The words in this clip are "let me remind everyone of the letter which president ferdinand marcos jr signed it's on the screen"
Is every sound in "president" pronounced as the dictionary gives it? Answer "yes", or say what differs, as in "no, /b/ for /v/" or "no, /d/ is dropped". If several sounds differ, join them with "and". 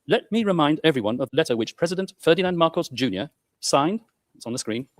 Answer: yes